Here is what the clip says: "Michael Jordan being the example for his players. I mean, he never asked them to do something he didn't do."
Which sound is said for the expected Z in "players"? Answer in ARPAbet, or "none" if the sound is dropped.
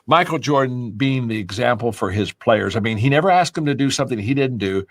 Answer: Z